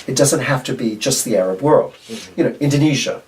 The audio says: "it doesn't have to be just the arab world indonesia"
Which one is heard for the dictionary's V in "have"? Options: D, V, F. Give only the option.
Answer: F